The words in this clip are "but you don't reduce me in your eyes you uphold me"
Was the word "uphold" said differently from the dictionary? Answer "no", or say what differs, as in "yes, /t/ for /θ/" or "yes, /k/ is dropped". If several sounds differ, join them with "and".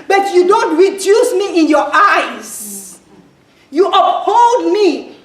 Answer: yes, /p/ is dropped